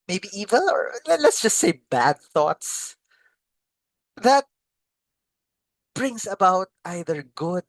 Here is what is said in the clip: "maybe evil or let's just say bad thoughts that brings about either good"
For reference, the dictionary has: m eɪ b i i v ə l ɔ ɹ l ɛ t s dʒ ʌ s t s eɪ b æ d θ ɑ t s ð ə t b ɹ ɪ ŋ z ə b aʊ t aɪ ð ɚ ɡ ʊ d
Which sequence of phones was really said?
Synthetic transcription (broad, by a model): m eɪ b i i v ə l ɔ ɹ l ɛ t s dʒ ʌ s t s eɪ b æ d θ ɑ t s ð ə t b ɹ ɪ ŋ s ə b aʊ t aɪ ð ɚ ɡ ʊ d